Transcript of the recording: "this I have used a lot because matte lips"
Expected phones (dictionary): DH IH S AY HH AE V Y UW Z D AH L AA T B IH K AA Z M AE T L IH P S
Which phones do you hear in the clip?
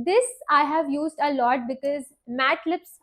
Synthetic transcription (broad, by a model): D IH S AY HH AE V Y UW Z D AH L AA T B IH K AA Z M AE T L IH P S